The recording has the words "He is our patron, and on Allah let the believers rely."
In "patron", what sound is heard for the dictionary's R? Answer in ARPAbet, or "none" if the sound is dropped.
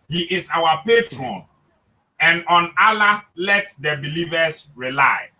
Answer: R